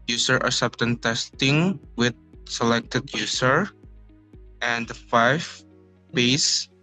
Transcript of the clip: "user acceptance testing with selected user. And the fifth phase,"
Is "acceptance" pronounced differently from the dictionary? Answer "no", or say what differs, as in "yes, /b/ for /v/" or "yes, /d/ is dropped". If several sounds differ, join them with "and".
yes, /k/ is dropped and /s/ is dropped